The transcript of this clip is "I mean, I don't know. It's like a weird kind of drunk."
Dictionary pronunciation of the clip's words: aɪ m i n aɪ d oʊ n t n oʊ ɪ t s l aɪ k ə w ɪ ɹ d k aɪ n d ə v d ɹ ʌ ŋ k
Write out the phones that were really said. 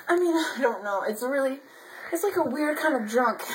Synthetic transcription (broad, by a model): aɪ m i n aɪ d oʊ n t l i ɪ t s l aɪ k ə w ɪ ɹ d k aɪ n d ə v d ɹ ʌ ŋ k